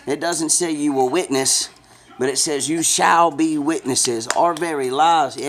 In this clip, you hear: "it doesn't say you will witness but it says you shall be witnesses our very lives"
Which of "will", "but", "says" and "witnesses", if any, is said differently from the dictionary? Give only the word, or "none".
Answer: none